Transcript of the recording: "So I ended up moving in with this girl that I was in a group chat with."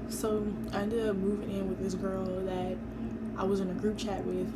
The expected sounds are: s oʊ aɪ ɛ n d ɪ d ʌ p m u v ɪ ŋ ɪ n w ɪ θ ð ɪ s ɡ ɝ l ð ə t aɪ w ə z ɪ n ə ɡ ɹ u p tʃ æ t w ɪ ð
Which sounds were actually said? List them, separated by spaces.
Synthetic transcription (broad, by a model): s oʊ aɪ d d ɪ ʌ m u v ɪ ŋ ɪ n w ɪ ð ɪ s ɡ ɝ l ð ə t aɪ w ə z ɪ n ə ɡ ɹ u p tʃ æ t w ɪ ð